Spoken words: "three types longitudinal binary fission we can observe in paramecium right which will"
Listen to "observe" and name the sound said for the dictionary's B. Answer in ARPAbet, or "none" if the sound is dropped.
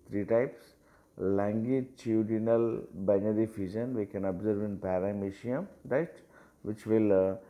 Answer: B